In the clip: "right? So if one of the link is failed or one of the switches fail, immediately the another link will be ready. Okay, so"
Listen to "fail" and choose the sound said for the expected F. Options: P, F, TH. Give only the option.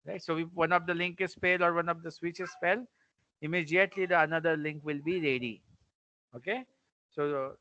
P